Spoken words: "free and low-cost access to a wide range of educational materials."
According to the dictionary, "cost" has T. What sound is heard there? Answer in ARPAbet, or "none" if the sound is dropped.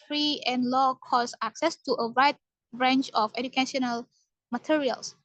none